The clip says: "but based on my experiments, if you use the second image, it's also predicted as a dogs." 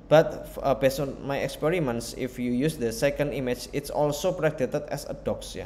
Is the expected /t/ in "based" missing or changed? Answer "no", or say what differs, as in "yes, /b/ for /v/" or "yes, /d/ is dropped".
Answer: yes, /t/ is dropped